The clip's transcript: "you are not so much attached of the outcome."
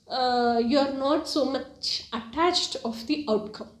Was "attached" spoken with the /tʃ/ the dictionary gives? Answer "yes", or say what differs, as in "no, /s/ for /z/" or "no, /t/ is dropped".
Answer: yes